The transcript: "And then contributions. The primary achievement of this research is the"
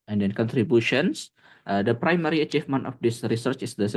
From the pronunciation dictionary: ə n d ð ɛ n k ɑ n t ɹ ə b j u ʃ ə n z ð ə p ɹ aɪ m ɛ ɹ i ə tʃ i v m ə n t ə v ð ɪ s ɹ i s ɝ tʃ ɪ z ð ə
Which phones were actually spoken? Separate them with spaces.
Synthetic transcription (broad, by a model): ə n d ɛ n k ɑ n t ɹ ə b j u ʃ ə n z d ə p ɹ aɪ m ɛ ɹ i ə tʃ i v m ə n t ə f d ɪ s ɹ i s ɝ tʃ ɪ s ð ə